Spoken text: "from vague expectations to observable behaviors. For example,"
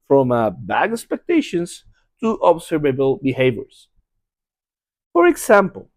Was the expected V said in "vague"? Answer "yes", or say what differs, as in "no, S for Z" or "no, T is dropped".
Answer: no, B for V